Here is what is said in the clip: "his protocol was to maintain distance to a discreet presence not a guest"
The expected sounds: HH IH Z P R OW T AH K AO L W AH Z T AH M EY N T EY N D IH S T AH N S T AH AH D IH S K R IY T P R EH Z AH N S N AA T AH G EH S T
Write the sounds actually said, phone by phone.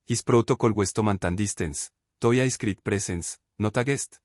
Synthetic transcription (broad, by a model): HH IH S P R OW T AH K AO L W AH S T AH M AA N T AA N D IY S T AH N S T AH AH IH S K R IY T P R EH S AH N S N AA T AH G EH S T